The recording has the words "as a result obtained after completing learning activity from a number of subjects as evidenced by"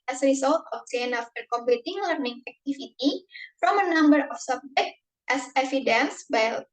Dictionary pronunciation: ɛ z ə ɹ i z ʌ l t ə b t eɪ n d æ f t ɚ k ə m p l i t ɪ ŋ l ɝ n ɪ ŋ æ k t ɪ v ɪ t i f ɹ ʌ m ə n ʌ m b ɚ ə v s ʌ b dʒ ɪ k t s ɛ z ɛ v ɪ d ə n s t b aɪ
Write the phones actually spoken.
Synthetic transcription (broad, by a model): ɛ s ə ɹ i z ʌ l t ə t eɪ n ɑ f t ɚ k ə m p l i t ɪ ŋ l ɝ n ɪ ŋ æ k t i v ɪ t i f ɹ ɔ m ə n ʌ m b ɚ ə f s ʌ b dʒ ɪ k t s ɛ s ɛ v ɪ d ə n s b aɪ